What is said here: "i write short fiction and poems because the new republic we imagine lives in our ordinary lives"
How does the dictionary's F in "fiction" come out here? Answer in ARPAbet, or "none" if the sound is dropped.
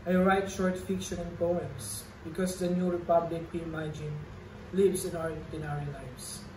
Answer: F